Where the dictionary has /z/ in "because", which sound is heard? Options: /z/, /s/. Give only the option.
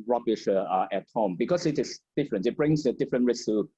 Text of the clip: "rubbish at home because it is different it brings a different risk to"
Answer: /s/